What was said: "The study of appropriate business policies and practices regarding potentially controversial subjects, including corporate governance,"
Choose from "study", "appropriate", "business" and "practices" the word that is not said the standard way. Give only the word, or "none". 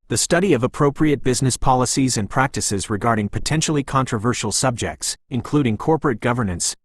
none